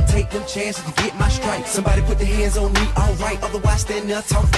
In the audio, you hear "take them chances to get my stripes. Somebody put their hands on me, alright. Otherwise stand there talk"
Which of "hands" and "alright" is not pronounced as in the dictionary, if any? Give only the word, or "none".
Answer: none